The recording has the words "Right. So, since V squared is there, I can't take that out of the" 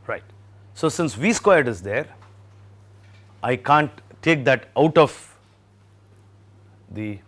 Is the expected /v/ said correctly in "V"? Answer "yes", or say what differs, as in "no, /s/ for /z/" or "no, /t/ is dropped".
yes